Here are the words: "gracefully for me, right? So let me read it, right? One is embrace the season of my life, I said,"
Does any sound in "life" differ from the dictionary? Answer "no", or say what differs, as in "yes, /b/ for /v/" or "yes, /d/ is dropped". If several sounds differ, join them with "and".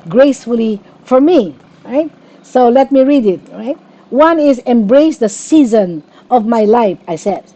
no